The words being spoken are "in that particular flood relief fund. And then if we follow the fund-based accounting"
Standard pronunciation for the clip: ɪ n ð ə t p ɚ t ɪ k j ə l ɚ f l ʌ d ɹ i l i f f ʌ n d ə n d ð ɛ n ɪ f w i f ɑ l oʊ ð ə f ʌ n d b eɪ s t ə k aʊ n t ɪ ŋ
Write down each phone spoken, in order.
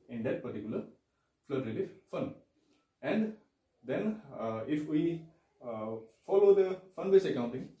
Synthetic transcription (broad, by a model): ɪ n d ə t p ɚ t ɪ k j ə l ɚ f l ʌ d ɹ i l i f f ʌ n ə n d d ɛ n ɪ f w i f ɑ l oʊ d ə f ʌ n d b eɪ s ə k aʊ n t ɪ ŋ